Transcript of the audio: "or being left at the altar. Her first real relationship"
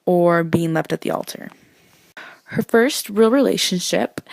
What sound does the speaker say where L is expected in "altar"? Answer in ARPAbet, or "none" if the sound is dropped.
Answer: L